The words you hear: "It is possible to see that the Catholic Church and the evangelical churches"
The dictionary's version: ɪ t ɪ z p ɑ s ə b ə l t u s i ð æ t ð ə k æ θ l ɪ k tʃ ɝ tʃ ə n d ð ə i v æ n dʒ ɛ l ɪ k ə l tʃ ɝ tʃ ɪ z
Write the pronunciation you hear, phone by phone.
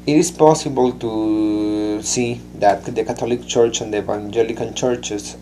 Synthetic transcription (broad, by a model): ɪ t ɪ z p ɑ s ə b ə l t u s i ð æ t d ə k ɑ t l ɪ k tʃ ɝ tʃ ə n d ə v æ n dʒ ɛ l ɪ k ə n tʃ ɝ tʃ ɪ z